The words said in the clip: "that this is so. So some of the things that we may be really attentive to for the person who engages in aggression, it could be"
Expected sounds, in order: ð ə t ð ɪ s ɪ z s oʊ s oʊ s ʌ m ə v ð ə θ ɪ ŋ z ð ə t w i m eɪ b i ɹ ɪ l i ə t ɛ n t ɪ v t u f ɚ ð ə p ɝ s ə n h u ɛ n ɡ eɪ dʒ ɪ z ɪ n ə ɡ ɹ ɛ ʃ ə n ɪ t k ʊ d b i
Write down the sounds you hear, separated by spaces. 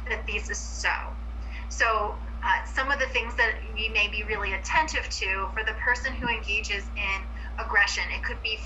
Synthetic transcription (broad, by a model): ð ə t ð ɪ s ɪ z s oʊ s oʊ s ʌ m ə v ð ə θ ɪ ŋ z ð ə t w i m eɪ b i ɹ ɪ l i ə t ɛ n t ɪ v t u f ɚ ð ə p ɝ s ə n h u ɛ n ɡ eɪ dʒ ɪ z ɪ n ə ɡ ɹ ɛ ʃ ə n ɪ t k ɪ d b i